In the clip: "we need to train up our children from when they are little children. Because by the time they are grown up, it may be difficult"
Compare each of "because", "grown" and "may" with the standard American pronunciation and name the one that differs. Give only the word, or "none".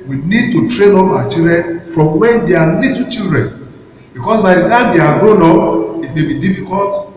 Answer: because